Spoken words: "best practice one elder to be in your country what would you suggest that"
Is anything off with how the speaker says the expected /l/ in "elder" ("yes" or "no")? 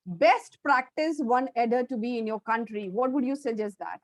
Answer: yes